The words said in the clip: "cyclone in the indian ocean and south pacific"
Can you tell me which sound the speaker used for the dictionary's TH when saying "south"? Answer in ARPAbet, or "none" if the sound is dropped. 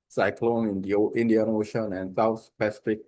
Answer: S